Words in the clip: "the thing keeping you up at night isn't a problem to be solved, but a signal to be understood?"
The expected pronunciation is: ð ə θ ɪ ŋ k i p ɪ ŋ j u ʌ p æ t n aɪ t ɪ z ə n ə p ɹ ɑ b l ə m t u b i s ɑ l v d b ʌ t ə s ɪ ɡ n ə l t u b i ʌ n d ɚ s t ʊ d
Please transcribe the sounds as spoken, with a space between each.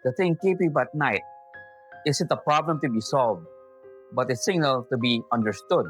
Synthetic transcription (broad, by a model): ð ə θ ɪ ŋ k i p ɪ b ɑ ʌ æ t n aɪ t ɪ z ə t ə p ɹ ɑ b l ə m t u b i s ɑ l v d b ʌ t ə s ɪ ɡ n ə l t u b i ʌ n d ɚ s t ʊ d